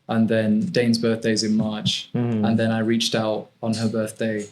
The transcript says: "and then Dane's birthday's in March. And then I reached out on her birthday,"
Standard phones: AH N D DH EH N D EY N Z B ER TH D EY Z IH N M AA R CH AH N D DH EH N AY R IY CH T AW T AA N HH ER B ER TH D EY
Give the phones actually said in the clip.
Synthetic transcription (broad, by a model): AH N DH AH N D EY N Z B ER TH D EY Z IH N M AA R CH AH N DH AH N AY R IY CH T AW T N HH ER B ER TH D EY